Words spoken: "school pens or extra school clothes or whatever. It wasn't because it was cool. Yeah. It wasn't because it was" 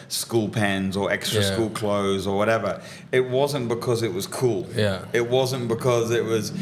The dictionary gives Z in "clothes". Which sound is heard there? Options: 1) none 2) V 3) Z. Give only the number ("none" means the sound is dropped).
3